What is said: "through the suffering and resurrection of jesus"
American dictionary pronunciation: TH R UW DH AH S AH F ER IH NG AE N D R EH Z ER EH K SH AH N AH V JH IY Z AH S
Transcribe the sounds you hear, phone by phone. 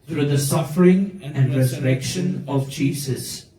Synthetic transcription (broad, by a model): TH R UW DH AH S AH F ER IH NG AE N D R EH Z ER EH K SH AH N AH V JH IY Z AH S